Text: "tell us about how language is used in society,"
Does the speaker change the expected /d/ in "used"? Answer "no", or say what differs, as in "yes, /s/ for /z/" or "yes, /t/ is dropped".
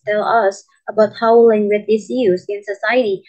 yes, /d/ is dropped